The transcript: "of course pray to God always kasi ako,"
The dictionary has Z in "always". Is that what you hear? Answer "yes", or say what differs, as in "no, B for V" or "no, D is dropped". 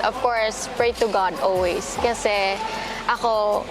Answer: no, S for Z